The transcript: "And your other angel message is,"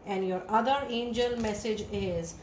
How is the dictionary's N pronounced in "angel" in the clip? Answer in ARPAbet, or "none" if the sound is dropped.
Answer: N